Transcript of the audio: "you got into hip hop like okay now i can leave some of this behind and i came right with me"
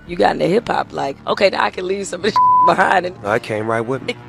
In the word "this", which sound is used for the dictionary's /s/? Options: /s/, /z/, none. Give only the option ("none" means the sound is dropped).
none